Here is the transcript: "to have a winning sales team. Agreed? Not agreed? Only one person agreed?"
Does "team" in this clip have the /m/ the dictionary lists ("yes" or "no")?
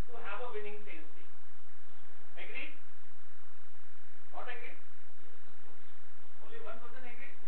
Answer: no